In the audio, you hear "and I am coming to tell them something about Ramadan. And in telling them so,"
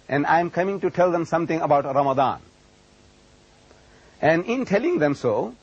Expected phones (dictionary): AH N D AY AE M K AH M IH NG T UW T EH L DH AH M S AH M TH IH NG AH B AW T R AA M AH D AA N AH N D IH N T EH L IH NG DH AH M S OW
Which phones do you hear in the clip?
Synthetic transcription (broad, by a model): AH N D AY M K AH M IH NG T UW T EH L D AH M S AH M T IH NG AH B AW T R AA M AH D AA N AH N D IH N T EH L IH NG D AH M S OW